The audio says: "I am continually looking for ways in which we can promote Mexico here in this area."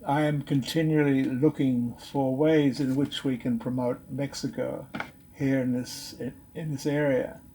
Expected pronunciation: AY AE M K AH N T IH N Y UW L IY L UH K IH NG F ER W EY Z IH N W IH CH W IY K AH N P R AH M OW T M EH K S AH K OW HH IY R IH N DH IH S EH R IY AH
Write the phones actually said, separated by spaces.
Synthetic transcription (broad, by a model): AY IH M K AH N T IH N Y UW L IY L UH K IH NG F ER W EY Z IH N W IH CH W IY K AH N P R AH M OW T M EH K S AH K OW HH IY R IH N DH IH S EH R IY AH